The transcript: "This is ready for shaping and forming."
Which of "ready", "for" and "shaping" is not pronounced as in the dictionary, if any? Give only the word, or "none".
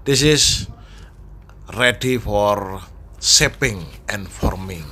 shaping